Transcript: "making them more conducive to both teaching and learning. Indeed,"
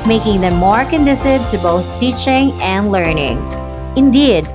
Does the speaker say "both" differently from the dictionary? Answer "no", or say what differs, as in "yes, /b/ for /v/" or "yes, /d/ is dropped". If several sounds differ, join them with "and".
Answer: no